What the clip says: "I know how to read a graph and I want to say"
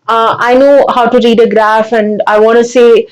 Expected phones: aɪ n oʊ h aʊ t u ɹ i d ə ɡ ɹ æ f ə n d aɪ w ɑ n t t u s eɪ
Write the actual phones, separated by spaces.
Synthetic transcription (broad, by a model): aɪ n oʊ h aʊ t u ɹ i d ə ɡ ɹ æ f ə n d aɪ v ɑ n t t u s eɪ